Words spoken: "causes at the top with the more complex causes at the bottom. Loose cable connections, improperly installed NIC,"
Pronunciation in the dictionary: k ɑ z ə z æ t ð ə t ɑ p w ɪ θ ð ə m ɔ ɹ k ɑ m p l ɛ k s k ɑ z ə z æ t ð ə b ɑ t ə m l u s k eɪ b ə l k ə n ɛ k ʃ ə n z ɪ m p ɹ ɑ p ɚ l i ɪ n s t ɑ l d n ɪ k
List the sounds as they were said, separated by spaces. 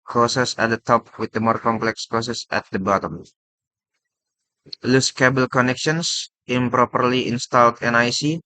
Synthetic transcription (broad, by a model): k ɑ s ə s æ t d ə t ɑ p w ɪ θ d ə m ɔ ɹ k ɑ m p l ɛ k s k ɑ s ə s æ t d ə b ɑ t ə m l u s k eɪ b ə l k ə n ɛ k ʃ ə n s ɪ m p ɹ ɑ p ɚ l i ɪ n s t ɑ l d n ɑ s